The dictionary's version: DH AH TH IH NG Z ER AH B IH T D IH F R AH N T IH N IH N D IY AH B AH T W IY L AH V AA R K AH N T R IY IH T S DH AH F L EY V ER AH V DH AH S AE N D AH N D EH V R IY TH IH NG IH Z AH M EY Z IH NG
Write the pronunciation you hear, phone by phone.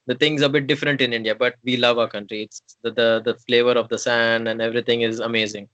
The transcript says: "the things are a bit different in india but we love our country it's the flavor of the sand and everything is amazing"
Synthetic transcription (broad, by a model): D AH T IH NG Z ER AH B IH T D IH F R AH N T IH N IH N D IY AH B AH T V IY L AH V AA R K AH N T R IY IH T S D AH F L EY V ER AH V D AH S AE N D AH N D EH V R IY T IH NG IH Z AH M EY Z IH NG